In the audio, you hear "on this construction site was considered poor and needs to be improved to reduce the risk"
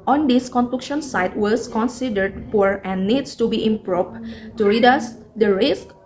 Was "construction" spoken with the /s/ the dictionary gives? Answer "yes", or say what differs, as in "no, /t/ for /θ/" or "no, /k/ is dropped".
no, /s/ is dropped